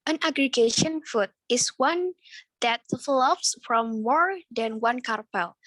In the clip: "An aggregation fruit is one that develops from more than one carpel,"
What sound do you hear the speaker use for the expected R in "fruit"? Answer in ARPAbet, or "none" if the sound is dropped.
none